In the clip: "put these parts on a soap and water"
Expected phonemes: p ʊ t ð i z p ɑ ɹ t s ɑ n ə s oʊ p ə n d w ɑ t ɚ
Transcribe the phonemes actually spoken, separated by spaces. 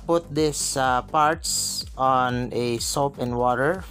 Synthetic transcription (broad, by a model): p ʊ t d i s p ɑ ɹ t s ɑ n ə s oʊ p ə n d w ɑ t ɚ